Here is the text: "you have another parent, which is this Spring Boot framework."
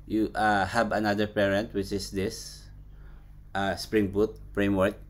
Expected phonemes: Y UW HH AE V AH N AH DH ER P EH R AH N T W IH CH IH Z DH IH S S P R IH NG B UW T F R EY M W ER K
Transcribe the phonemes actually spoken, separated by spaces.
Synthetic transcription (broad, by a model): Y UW HH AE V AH N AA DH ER P EH R AH N T W IH CH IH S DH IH S S P R IH NG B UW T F R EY M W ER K